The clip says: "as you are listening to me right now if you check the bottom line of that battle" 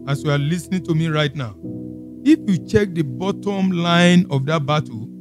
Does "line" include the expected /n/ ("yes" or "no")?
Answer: yes